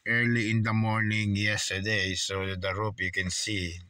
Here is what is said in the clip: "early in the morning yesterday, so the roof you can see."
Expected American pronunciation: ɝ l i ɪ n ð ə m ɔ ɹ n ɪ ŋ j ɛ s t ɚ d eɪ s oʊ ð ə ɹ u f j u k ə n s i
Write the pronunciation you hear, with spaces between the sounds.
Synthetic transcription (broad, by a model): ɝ l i ɪ n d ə m ɔ ɹ n ɪ ŋ j ɛ s t ɚ d eɪ s oʊ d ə ɹ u p j u k ə n s i